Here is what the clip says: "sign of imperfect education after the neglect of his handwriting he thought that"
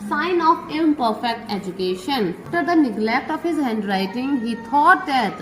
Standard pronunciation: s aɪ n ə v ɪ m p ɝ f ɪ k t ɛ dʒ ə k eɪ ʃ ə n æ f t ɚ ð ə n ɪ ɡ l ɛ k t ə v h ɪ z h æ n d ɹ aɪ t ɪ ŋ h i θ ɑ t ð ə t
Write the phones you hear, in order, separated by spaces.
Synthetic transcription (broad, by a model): s aɪ n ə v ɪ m p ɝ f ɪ k t ɛ dʒ ə k eɪ ʃ ə n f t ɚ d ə n ɪ ɡ l ɛ k t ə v h ɪ z h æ n d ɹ aɪ t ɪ ŋ h i t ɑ t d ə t